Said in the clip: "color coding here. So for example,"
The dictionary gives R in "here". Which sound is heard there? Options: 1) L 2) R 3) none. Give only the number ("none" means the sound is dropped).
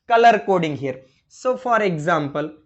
2